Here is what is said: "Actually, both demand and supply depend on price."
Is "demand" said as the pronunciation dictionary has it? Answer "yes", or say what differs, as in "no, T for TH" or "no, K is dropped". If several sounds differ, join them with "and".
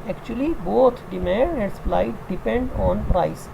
no, N is dropped